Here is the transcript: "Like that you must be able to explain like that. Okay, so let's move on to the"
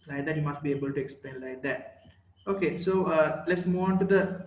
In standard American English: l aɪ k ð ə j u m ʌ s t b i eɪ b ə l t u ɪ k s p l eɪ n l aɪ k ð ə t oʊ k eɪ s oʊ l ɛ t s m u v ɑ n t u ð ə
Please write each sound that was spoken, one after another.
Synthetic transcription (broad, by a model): l aɪ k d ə j u m ʌ s t b i eɪ b ə l t u ɪ k s p l eɪ n l aɪ k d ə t oʊ k eɪ s oʊ l ɛ t s m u ɑ n t u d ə